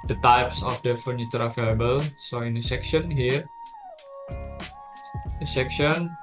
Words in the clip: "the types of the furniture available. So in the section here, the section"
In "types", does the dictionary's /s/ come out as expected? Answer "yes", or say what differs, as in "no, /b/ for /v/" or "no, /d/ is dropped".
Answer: yes